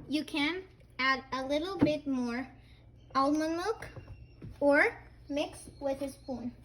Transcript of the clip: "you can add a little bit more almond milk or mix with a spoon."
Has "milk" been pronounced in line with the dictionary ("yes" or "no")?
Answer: no